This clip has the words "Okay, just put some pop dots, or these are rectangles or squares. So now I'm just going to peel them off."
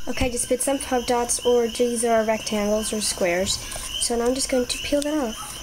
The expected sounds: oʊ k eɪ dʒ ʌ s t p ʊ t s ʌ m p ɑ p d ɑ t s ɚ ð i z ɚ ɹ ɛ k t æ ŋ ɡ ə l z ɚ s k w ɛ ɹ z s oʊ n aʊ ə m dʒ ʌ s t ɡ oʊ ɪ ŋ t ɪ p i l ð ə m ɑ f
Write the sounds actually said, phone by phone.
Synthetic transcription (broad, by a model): oʊ k eɪ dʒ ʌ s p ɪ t s ʌ m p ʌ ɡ d ɑ t s ɚ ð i z ɚ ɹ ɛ k t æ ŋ ɡ l z ɚ s k w ɛ ɹ z s oʊ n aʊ ə m dʒ ʌ s ɡ oʊ ɪ ŋ t ɪ p i l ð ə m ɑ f